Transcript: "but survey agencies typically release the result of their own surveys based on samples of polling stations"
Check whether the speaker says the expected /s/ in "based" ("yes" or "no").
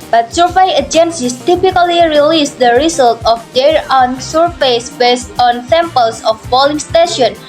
yes